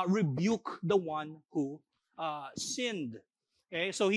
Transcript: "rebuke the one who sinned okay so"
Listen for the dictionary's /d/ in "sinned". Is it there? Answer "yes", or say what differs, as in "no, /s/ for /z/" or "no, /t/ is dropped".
yes